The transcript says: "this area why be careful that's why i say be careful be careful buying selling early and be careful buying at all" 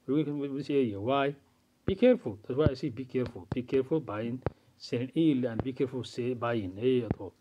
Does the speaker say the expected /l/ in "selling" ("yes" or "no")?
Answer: no